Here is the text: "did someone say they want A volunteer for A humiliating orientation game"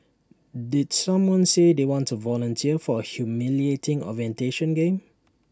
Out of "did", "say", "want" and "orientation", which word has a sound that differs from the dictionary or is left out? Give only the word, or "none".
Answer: none